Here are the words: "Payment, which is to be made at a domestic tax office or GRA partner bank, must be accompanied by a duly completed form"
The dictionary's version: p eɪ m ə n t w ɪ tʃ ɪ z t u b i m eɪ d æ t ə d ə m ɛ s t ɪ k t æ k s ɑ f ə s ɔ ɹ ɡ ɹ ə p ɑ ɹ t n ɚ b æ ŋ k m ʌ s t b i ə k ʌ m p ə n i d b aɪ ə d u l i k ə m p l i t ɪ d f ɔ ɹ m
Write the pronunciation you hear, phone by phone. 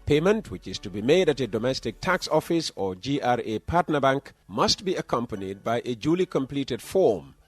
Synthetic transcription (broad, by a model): p eɪ m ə n t w ɪ tʃ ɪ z t u b i m eɪ d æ t ə d ə m ɛ s t ɪ k t æ k s ɑ f ə s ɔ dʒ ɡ ɹ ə p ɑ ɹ t n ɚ b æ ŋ k m ʌ s t b i ə k ʌ m p ə n i d b aɪ ə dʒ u l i k ə m p l i t ɪ d f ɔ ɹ m